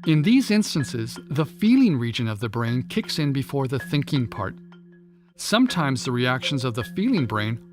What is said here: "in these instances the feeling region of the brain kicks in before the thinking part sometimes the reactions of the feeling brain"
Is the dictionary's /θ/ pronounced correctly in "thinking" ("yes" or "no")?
yes